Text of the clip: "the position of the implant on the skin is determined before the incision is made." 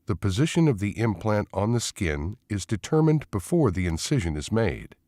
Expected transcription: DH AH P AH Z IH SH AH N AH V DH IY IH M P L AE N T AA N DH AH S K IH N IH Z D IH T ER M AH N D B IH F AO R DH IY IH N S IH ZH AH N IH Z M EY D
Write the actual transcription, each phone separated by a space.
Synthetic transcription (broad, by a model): DH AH P AH Z IH SH AH N AH V DH IY IH M P L AE N T N DH AH S K IH N IH Z D IH T ER M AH N B IH F AO R DH IY IH N S IH ZH AH N IH Z M EY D